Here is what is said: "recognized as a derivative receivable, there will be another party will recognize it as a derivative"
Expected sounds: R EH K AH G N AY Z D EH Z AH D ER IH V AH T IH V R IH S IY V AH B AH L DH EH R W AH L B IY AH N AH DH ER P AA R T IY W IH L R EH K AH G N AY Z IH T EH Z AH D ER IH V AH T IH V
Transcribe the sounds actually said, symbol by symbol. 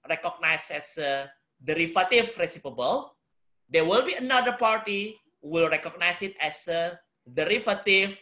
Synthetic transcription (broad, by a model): R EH K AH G N AY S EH S AH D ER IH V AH T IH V R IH S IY P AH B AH L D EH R W AH L B IY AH N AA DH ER P AA R T IY W IH L R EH K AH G N AY S IH T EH S AH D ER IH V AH T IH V